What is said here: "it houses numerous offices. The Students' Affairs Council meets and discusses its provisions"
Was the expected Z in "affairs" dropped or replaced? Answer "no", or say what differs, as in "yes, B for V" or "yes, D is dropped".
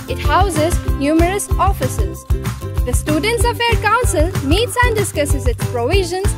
yes, Z is dropped